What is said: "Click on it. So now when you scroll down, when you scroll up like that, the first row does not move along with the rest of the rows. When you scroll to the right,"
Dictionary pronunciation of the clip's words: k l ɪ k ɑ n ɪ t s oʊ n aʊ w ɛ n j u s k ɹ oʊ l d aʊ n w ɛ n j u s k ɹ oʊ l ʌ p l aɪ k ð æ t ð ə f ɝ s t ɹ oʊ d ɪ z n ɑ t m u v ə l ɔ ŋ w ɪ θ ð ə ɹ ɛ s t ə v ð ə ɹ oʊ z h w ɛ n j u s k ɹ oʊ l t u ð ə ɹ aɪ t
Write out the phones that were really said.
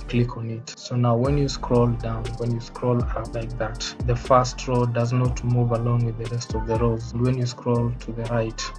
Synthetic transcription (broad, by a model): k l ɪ k ɑ n ɪ t s oʊ n aʊ w ɛ n j u s k ɹ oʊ l d aʊ n w ɛ n j u s k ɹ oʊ l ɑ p l aɪ k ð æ t ð ə f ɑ s t ɹ oʊ d ɪ z n ɑ t m u v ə l ɔ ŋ w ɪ ð ə ɹ ɛ s t ə v ð ə ɹ oʊ z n w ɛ n j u s k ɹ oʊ l t u ð ə ɹ aɪ t